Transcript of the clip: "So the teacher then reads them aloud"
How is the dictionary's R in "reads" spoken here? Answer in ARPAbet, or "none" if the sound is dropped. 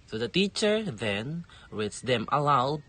W